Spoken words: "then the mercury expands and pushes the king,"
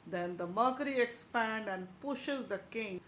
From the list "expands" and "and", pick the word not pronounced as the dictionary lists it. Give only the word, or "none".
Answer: expands